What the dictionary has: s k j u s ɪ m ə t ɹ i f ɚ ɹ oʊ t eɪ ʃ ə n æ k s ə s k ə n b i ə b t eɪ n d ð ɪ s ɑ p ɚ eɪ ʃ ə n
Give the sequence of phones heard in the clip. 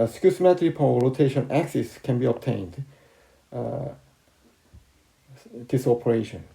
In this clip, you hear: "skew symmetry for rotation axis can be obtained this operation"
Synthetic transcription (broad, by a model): s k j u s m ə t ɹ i p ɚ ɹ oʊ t eɪ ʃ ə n æ k s ə s k ə n b i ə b t eɪ n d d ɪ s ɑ p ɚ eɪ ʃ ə n